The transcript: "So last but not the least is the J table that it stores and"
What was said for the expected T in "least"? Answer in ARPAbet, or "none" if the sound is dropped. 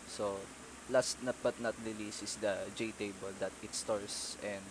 none